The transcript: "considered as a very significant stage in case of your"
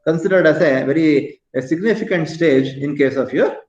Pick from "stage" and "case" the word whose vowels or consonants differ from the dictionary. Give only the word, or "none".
none